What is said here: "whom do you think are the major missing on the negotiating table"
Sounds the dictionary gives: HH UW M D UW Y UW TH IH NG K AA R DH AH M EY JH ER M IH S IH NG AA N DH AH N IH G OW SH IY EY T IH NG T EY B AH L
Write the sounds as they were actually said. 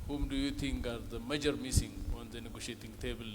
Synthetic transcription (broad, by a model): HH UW M D UW Y UW T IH NG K AA R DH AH M EY JH ER M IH S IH NG AA N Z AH N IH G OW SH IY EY T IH NG T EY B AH L